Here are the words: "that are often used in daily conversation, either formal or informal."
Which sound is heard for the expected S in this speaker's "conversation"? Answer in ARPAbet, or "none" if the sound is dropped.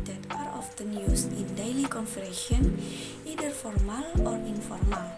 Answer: none